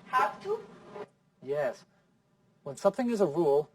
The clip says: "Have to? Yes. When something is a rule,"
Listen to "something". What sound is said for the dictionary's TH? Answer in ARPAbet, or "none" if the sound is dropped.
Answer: TH